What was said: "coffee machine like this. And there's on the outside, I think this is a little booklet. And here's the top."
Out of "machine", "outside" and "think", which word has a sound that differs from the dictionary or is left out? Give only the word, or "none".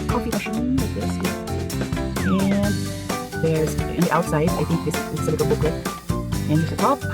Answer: none